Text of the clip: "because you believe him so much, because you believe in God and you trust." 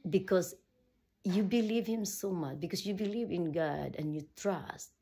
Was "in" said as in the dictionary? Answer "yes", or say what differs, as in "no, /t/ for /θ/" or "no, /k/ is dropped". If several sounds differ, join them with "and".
yes